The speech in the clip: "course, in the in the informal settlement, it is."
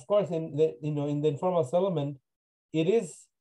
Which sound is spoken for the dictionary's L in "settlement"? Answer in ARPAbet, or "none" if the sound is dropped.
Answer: none